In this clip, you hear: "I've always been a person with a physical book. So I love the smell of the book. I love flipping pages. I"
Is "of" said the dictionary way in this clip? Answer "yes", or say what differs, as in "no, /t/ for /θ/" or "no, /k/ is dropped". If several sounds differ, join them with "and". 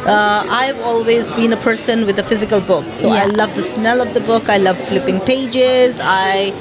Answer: yes